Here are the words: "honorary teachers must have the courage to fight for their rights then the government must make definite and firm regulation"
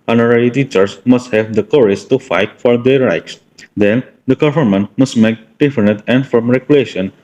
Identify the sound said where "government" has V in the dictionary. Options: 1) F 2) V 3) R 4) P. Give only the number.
1